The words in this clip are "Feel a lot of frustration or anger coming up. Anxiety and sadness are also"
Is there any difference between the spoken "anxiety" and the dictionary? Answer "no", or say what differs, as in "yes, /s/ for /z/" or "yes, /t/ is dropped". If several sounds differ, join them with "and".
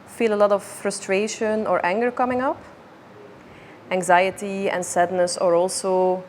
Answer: no